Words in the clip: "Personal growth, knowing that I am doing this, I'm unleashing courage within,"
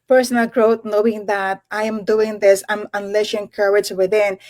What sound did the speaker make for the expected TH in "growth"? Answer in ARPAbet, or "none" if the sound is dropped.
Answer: T